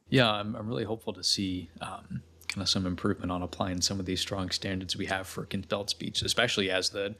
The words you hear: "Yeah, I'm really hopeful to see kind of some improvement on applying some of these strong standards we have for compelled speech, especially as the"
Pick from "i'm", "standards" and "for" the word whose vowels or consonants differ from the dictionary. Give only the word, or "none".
none